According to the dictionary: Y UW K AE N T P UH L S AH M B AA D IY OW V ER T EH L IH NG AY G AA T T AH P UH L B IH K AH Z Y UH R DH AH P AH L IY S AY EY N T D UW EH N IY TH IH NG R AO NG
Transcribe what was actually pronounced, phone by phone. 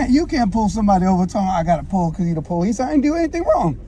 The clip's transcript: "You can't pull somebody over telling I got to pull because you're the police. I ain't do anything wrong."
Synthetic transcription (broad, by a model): Y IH K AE N P UH L S AH M B AA D IY OW V ER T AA IH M AY G AA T T AH P UH L K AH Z Y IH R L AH P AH L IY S AY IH N D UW EH N IY TH IH NG R AO NG